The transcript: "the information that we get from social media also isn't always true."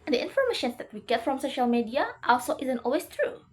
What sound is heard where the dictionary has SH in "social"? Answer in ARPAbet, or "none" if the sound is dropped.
SH